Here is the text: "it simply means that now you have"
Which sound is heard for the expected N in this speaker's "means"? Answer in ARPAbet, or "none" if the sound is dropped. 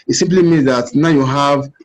N